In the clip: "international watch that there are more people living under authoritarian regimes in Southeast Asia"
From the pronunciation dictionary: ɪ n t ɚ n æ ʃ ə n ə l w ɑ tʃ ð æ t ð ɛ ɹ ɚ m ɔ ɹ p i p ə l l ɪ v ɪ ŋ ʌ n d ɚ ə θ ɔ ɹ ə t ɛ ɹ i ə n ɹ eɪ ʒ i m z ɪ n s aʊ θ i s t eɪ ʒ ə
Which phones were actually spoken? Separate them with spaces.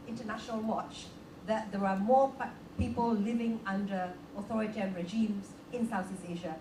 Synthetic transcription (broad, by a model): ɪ n t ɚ n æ ʃ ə n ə l w ɑ tʃ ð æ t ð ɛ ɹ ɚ m ɔ p i p ə l l ɪ v ɪ ŋ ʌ n d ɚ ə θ ɔ ɹ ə t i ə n ɹ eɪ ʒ i m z ɪ n s aʊ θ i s eɪ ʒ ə